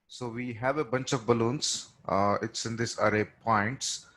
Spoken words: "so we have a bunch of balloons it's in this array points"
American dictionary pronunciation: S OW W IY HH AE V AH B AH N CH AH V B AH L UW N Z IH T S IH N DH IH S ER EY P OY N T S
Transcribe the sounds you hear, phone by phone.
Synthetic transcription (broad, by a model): S OW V IY HH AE V AH B AH N CH AH V B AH L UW N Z IH T S IH N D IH S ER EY P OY N T S